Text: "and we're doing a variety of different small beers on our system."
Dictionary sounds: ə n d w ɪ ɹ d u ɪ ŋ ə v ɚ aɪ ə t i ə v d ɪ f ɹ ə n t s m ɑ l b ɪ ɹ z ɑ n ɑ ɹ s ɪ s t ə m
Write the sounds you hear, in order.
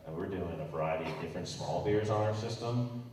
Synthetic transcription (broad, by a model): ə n w ɪ ɹ d u ɪ ŋ ə v ɚ aɪ ə t i ə v d ɪ f ɹ ə n t s m ɑ l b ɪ ɹ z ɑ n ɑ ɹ s ɪ s t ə m